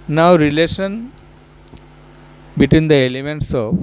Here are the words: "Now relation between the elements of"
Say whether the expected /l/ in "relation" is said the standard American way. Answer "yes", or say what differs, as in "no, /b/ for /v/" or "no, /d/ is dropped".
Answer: yes